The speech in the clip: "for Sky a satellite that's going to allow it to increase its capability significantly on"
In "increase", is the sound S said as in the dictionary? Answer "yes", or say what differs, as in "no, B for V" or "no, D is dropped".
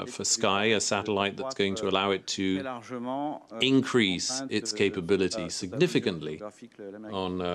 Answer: yes